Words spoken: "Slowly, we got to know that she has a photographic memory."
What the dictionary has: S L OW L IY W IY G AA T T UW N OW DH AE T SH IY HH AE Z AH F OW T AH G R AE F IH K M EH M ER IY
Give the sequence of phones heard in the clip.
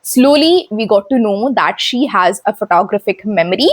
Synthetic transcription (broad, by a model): S L OW L IY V IY G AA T T UW N OW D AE T SH IY HH AE Z AH F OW T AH G R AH F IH K M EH M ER IY